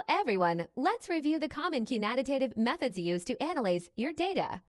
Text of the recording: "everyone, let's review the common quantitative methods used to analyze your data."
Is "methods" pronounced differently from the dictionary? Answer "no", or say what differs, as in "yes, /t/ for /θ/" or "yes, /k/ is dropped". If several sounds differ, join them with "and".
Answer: no